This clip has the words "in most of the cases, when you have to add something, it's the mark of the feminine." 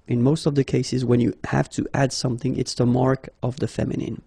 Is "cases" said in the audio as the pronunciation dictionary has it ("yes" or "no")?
yes